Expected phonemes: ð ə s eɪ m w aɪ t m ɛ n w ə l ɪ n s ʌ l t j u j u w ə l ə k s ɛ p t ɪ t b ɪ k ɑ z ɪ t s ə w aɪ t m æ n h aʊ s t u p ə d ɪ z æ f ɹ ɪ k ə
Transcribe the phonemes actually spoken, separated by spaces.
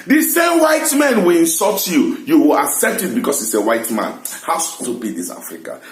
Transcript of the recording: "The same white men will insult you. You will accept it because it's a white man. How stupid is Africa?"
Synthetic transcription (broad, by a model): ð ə s eɪ m w aɪ t m ɛ n w ə l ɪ n s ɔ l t j u j u w ə l ə k s ɛ p t ɪ t b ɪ k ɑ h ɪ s ə w aɪ t m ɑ n h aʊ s t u b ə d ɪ s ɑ f ɹ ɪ k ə